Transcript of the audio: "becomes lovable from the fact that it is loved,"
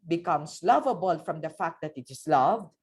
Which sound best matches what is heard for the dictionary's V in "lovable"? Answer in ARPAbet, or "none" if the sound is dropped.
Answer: V